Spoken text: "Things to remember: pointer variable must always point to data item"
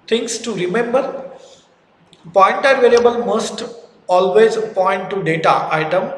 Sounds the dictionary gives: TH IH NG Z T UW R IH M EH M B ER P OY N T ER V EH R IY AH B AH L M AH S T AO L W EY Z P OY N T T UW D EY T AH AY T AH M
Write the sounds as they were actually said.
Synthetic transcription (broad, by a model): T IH NG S T UW R IH M EH M B ER P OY N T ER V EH L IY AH B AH L M AH S T AO L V EY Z P OY N T T UW D EY T AH AY T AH M